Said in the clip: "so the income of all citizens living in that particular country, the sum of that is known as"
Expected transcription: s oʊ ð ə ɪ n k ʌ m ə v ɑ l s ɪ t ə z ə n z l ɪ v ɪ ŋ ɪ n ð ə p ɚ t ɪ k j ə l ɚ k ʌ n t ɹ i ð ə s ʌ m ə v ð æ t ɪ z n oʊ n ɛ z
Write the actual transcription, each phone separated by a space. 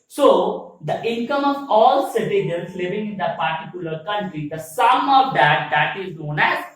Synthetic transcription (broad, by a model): s oʊ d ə ɪ n k ʌ m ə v ɑ l s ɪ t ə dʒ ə l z l ɪ v ɪ ŋ ɪ n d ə p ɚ t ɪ k j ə l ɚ k ʌ n t ɹ i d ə s ʌ m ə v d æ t ɪ z n oʊ n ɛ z